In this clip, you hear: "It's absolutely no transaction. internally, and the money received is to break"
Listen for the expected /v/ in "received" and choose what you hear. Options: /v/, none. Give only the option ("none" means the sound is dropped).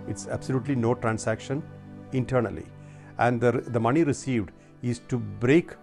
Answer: /v/